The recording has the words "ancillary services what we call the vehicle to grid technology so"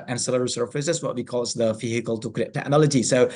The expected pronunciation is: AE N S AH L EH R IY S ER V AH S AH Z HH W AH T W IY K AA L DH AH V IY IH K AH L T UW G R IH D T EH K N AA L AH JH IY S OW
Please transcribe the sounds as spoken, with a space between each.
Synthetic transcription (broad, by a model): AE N S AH L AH R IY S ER F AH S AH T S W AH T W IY K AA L DH AH F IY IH K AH L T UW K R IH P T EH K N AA L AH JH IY S OW